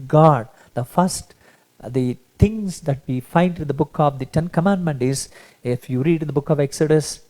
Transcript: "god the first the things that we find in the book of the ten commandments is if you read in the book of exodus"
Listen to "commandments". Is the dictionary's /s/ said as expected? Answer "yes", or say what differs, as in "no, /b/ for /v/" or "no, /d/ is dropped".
no, /s/ is dropped